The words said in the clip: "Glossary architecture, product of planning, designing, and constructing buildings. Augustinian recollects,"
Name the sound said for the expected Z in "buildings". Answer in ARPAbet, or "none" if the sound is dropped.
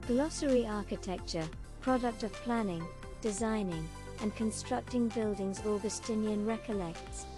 Z